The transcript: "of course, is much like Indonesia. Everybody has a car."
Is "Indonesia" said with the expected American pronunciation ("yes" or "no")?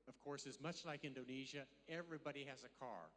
yes